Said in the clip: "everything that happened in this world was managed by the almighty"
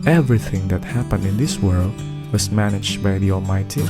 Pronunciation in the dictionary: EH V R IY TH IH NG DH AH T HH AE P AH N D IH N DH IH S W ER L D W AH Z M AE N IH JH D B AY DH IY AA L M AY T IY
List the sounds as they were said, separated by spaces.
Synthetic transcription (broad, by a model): EH V R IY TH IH NG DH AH T HH AE P AH N D IH N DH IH S W ER L D W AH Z M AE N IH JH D B AY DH IY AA L M AY T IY